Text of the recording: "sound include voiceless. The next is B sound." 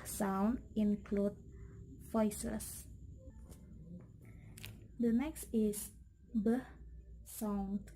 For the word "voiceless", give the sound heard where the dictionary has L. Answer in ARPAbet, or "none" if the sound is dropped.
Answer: none